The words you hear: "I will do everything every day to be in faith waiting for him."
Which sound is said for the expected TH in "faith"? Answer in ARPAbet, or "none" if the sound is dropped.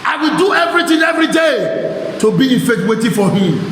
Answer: T